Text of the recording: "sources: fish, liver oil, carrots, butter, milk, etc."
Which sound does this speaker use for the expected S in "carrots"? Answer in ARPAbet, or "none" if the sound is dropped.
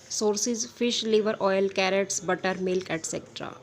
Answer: S